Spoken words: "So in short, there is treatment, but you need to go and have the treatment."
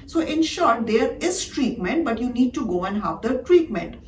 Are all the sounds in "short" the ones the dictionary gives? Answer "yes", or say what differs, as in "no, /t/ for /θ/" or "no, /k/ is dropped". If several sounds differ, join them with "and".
yes